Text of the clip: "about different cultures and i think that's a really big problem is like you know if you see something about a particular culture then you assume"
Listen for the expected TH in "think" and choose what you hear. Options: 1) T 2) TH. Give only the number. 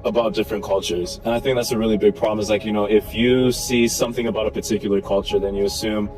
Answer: 2